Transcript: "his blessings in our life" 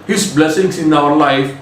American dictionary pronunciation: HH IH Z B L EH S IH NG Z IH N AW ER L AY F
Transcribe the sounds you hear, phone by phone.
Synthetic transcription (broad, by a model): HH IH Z B L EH S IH NG S IH N AW ER L AY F